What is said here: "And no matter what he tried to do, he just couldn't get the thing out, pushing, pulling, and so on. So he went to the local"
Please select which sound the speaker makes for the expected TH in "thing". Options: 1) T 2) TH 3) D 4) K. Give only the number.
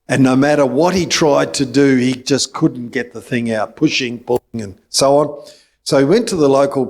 2